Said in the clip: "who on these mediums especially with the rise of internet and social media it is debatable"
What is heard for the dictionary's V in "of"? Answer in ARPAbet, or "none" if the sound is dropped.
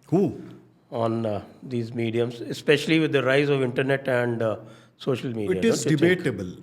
V